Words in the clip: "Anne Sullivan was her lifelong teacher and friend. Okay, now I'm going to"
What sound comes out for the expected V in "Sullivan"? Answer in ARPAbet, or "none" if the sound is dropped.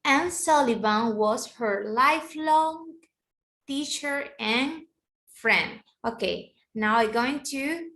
B